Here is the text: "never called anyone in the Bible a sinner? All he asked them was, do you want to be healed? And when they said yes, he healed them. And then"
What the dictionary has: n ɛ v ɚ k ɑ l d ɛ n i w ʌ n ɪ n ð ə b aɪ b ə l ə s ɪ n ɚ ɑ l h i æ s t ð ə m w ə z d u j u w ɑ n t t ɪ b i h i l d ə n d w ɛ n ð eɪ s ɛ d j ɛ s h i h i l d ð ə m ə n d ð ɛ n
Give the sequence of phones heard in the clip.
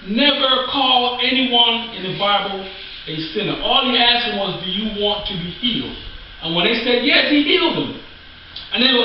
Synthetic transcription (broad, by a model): n ɛ v ɚ k ɑ l ɛ n i w ʌ n ɪ n ð ə b aɪ b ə l ə s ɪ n ɚ ɑ l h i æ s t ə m w ə z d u j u w ɑ n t t ɪ b i h i l d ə n w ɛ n ð eɪ s ɛ d j ɛ s h i h i l d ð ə m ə n ð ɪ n